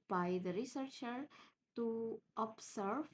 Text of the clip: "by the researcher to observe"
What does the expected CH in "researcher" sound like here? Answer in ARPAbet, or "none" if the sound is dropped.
CH